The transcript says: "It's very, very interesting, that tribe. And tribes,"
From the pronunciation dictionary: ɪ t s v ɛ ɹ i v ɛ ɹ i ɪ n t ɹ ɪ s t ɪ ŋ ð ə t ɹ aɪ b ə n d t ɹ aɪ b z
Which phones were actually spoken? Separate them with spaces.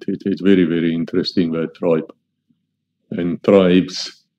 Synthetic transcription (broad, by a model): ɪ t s v ɛ ɹ i v ɛ ɹ i ɪ n t ɹ ɪ s t ɪ ŋ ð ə t ɹ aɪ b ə n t ɹ aɪ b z